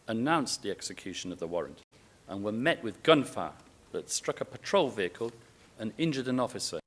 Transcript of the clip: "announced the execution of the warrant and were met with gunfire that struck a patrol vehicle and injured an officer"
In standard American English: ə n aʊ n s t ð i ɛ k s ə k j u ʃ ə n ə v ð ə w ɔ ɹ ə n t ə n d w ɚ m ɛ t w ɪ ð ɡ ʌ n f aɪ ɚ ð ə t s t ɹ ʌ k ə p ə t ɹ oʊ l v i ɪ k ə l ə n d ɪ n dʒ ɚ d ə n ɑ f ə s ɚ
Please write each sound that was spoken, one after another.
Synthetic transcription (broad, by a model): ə n aʊ n s ð i ɛ k s ə k j u ʃ ə n ə v ð ə w ɔ ɹ ə n t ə n w ɚ m ɛ t w ɪ ð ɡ ʌ n f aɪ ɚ ð ə t s t ɹ ʌ k ə p ə t ɹ oʊ l v i ɪ k ə l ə n ɪ n dʒ ɚ d ə n ɑ f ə s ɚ